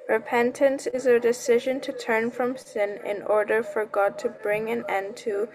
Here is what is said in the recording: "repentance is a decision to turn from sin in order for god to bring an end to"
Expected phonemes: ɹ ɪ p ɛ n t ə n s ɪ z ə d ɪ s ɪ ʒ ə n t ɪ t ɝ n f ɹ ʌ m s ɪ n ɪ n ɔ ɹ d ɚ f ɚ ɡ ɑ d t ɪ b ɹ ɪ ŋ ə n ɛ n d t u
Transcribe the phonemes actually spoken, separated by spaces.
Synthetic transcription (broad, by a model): ɹ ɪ p ɛ n t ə n s ɪ z ə d ɪ s ɪ ʒ ə n t ɪ t ɝ n f ɹ ʌ m s ɪ n ɪ n ɔ ɹ d ɚ f ɚ ɡ ɑ d t ɪ b ɹ ɪ ŋ ə n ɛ n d t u